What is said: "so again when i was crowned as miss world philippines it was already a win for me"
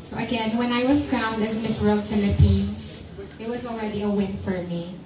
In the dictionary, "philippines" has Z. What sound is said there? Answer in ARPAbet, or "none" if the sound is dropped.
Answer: S